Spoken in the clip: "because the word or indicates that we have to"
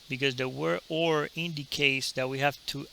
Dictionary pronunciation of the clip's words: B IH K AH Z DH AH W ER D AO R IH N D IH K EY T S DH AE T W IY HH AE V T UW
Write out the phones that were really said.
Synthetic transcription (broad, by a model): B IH K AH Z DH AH W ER AO R IH N D IH K EY T S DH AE T W IY HH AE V T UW